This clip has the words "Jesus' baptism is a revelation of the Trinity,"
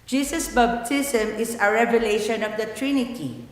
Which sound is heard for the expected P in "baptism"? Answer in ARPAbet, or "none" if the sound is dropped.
B